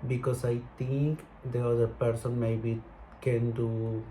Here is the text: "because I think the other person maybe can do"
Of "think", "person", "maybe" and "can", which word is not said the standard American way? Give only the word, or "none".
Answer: think